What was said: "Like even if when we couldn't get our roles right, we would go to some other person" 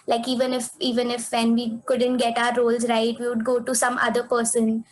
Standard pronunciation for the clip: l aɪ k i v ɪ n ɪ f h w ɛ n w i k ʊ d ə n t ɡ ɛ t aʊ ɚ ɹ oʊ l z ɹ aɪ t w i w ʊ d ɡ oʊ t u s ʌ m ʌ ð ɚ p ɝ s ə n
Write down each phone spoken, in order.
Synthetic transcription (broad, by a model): l aɪ k i v ɪ n ɪ f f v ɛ n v i k ʊ d ə n t ɡ ɛ t aʊ ɚ ɹ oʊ l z ɹ aɪ t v i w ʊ d ɡ oʊ t u s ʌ m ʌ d ɚ p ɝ s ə n